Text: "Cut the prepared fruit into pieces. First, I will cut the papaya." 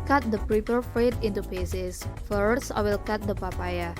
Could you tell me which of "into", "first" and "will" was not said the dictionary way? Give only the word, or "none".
first